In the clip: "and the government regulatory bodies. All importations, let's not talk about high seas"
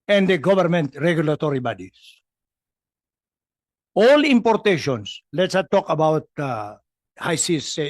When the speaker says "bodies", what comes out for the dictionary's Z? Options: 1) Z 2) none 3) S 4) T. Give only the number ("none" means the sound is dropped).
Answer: 3